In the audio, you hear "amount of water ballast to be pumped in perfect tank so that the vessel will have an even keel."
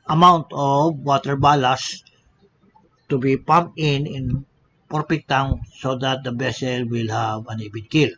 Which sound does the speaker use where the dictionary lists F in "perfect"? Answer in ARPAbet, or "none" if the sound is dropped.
P